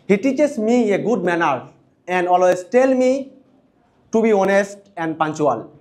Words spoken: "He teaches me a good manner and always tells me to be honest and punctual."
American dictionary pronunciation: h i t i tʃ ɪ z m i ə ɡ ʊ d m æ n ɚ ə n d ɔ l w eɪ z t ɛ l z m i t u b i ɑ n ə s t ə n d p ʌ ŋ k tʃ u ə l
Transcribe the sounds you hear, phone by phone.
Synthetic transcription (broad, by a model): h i t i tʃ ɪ s m i ə ɡ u d m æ n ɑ ə n d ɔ l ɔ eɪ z t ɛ l m i t u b i ɑ n ə s t ə n d p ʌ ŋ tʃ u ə l